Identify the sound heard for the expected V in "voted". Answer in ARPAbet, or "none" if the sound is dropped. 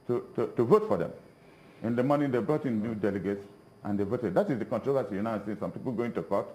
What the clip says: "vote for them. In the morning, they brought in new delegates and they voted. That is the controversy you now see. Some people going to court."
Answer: V